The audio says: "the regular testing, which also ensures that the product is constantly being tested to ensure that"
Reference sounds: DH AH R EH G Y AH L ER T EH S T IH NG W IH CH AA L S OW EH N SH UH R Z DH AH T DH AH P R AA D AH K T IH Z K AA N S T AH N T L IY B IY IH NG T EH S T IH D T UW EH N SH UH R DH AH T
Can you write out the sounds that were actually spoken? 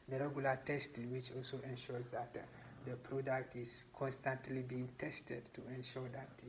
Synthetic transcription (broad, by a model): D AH R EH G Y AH L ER T EH S T IH NG W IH CH AA L S OW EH N SH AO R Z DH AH T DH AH P R AA D AH K T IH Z K AA N S T AH N T L IY B IY IH NG T EH S T IH D T UW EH N SH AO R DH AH T